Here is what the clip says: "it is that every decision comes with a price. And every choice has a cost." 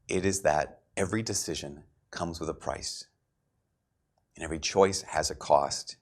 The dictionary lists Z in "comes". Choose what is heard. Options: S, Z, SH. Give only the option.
Z